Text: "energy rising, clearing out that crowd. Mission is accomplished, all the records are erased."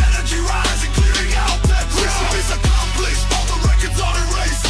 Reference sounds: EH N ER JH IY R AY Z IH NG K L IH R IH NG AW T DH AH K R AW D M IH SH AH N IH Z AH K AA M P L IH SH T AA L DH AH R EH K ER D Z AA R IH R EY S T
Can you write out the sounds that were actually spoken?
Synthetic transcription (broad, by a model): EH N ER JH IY R AY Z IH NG K L IH R IH NG AW T DH AH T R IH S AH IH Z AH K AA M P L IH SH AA N DH AH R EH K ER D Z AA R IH R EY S